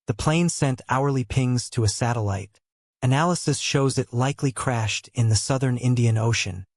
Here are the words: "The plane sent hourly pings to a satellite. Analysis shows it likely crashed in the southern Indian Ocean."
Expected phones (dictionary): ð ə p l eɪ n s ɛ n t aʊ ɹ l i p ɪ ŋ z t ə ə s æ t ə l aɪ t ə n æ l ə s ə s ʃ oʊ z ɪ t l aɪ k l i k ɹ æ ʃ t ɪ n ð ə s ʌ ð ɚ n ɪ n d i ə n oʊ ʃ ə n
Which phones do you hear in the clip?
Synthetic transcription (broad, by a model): ð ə p l eɪ n s ɛ n t aʊ ɹ l i p ɪ ŋ z t ə ə s æ t ə l aɪ t ə n æ l ə s ə s ʃ oʊ z ɪ t l aɪ k l i k ɹ æ ʃ t ɪ n ð ə s ʌ ð ɚ n ɪ n d i ə n oʊ ʃ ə n